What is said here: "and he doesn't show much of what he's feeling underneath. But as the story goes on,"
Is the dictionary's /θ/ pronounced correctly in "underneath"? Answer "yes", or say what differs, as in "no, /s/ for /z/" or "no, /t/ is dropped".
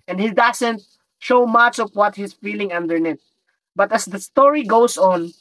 no, /t/ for /θ/